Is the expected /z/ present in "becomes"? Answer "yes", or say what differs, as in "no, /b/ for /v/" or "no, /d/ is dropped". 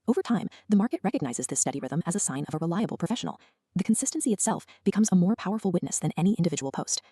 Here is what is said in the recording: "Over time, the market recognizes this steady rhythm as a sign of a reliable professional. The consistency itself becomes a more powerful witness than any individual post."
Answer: yes